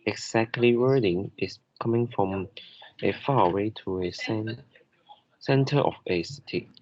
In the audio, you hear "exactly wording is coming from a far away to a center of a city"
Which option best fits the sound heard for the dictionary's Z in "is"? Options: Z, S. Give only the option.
S